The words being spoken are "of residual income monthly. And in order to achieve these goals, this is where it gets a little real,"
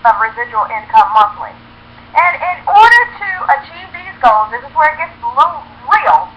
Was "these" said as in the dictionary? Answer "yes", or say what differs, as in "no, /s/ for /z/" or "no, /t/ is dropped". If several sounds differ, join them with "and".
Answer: yes